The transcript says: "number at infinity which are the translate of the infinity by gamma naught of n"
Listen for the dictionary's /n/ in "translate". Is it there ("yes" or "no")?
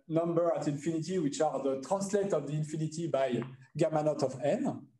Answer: no